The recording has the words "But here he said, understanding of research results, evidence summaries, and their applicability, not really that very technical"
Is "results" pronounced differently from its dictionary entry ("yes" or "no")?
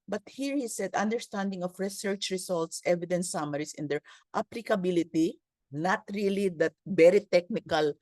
yes